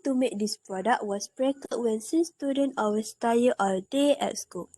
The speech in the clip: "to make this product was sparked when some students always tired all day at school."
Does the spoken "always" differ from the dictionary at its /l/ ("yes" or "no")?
yes